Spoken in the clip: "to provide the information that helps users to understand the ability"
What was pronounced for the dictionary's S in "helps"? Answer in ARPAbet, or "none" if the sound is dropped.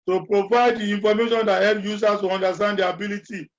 none